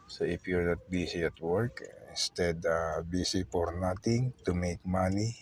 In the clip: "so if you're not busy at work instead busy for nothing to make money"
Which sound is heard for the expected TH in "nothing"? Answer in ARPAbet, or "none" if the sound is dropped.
T